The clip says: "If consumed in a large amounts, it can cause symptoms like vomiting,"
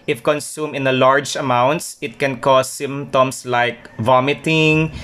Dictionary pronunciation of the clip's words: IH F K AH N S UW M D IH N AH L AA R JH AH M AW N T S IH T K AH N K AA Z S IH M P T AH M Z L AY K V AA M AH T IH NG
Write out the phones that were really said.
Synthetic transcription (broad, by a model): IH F K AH N S UW M IH N AH L AA R JH AH M AW N T S IH T K AH N K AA S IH M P T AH M S L AY K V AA M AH T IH NG